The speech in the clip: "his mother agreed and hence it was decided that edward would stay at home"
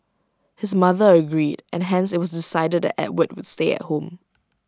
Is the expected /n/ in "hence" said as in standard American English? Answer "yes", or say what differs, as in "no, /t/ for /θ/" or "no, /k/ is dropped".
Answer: yes